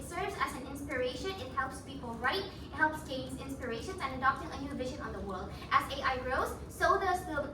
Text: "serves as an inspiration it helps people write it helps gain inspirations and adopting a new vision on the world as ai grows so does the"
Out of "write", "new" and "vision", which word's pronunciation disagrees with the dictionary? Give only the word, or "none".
none